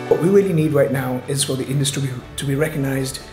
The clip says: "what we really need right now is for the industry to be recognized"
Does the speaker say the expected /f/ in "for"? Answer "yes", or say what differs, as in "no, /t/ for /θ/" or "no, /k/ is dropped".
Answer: yes